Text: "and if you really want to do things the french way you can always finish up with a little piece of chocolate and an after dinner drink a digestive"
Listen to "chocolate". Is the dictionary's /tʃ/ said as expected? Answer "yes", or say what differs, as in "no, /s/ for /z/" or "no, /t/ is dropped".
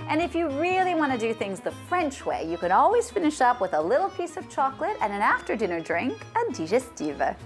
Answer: yes